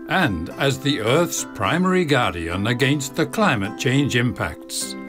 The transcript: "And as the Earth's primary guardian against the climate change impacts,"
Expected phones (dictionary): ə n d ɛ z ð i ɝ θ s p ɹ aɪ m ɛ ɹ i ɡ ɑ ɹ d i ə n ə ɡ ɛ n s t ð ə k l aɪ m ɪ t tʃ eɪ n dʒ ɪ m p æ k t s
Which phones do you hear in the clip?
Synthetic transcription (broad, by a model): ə n d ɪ z ð i ɝ θ s p ɹ aɪ m ɛ ɹ i ɡ ɑ ɹ d i ə n ə ɡ ɛ n s t ð ə k l aɪ m ɪ t tʃ eɪ n dʒ ɪ m p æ k t s